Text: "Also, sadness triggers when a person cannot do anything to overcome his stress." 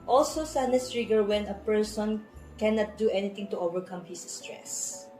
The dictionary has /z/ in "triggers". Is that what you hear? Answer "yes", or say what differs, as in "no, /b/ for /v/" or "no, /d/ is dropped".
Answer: no, /z/ is dropped